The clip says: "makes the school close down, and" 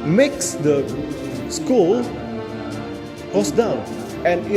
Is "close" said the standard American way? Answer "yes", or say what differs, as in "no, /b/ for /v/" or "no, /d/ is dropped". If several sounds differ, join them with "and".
no, /l/ is dropped